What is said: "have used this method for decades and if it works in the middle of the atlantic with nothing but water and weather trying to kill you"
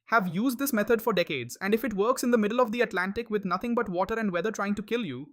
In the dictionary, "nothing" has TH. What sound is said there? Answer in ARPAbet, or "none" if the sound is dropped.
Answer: T